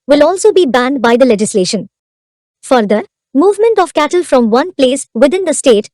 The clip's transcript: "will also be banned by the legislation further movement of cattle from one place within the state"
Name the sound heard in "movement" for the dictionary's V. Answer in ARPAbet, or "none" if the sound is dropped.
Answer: V